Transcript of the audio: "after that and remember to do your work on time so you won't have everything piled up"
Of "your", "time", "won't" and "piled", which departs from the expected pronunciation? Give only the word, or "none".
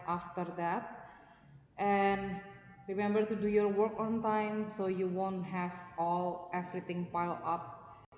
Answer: piled